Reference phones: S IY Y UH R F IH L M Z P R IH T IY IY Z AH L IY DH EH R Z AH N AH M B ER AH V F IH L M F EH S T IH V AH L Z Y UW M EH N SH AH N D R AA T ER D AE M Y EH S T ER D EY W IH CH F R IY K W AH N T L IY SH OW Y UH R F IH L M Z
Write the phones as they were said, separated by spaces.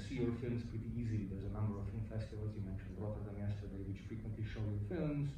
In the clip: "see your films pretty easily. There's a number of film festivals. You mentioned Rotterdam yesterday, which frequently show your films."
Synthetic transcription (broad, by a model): S IY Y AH R F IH L M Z P R IH T IY IY Z AH L IY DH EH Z AH N AH M B ER AH V F IH L M F EH S T IH V AH L Z Y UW M EH N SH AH N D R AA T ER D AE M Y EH S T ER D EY W IH CH F R IY K W AH N T L IY SH OW Y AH R F IH L M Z